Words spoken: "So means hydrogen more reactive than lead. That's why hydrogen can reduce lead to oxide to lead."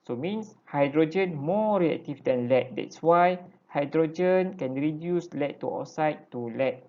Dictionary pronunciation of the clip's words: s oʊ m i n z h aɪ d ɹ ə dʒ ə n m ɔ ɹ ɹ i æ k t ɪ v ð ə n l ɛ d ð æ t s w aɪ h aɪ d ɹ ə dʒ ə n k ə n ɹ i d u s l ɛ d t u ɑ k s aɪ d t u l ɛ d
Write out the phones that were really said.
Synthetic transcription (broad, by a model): s oʊ m i n s h aɪ d ɹ ə dʒ ə n m ɔ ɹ ɹ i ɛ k t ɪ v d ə n l ɛ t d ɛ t s w aɪ h aɪ d ɹ ə dʒ ə n k ə n ɹ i d u s l ɛ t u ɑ s aɪ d t u l ɛ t